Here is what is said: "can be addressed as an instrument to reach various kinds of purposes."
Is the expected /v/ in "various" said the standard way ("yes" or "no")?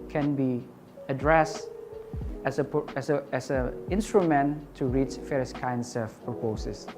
no